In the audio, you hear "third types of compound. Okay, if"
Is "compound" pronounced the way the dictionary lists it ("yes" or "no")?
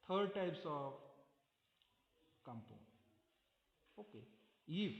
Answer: no